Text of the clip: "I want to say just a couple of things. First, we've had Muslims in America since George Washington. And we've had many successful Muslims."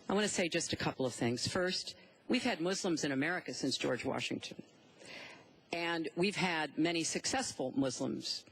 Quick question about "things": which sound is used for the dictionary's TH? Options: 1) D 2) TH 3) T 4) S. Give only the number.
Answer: 2